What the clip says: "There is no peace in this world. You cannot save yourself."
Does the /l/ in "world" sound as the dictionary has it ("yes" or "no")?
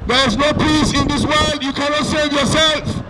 yes